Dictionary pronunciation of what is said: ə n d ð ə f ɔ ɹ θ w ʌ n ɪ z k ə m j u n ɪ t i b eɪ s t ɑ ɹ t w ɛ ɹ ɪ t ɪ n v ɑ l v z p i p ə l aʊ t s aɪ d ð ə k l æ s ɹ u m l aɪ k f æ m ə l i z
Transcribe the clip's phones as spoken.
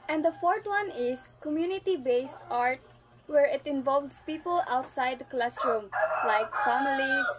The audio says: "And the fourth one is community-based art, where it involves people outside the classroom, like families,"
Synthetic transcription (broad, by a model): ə n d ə f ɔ ɹ t w ʌ n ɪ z k ə m j u n ɪ t i b eɪ s t ɑ ɹ t w ɛ ɹ ɪ t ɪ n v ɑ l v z p i p ə l aʊ t s aɪ d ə k l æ s ɹ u m l aɪ k f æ m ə l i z